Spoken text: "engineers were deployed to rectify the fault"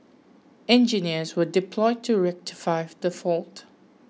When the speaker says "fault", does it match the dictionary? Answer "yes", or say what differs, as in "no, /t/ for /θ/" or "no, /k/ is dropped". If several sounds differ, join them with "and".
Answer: yes